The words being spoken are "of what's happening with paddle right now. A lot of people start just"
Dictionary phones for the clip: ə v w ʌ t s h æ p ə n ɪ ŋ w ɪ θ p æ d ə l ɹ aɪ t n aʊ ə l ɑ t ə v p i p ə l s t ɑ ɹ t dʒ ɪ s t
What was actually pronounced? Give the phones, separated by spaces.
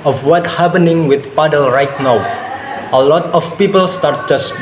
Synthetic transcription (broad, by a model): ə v w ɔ t h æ p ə n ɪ ŋ w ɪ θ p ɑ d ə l ɹ aɪ t n aʊ ə l ɑ t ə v p i p ə l s t ɑ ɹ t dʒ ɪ s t